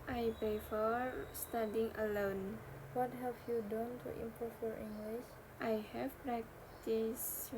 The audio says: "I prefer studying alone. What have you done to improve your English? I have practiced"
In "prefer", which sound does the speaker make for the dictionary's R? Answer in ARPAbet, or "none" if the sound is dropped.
none